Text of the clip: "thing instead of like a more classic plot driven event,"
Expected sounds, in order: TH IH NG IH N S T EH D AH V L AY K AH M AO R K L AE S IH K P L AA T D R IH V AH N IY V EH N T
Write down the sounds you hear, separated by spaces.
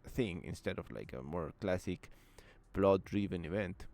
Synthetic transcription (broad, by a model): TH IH NG IH N S T EH D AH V L AY K AH M AO R K L AE S IH K B L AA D R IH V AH N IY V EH N T